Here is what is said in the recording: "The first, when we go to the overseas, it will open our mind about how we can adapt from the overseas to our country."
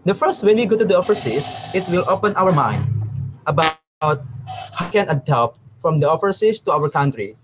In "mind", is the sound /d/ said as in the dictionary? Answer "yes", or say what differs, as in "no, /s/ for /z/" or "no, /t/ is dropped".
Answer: yes